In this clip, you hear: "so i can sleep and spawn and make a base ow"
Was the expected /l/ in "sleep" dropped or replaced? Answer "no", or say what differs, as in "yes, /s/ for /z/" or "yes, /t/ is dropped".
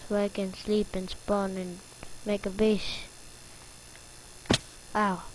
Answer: no